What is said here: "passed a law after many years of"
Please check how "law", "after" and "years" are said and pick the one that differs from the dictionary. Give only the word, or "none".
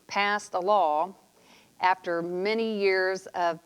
none